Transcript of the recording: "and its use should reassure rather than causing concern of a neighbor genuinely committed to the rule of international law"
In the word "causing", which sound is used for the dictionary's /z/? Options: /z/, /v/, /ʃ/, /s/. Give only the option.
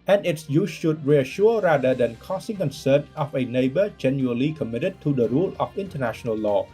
/s/